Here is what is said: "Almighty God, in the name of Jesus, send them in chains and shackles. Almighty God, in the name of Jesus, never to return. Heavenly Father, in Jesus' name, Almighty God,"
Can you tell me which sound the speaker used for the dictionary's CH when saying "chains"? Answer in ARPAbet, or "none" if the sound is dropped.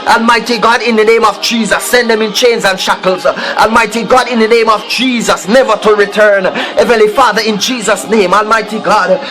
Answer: CH